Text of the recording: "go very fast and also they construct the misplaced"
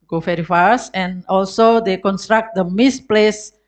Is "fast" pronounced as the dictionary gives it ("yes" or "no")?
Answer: no